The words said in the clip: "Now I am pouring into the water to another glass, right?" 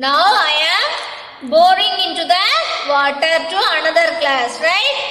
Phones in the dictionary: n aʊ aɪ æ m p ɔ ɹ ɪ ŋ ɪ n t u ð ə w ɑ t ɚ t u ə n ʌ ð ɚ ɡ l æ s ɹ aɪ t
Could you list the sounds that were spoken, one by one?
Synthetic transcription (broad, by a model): n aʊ aɪ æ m b ɔ ɹ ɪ ŋ ɪ n t u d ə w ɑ t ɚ t u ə n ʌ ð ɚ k l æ s ɹ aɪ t